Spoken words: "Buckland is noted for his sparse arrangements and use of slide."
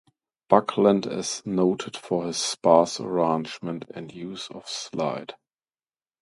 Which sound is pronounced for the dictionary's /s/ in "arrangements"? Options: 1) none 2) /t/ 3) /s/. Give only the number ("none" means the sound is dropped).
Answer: 1